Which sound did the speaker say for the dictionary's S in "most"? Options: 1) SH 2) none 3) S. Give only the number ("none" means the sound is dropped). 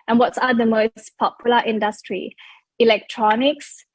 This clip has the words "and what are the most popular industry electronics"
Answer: 3